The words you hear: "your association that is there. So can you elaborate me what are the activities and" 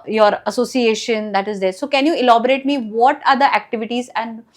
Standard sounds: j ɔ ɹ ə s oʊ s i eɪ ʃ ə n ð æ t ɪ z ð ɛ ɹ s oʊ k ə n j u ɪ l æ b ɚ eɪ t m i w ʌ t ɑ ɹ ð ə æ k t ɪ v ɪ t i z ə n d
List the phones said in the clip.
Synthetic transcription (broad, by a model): j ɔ ɹ ə s oʊ s i eɪ ʃ ə n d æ t ɪ z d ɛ ɹ s oʊ k ə n j u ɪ l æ b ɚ eɪ t m i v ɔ t ɑ ɹ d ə æ k t ɪ v ɪ t i z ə n d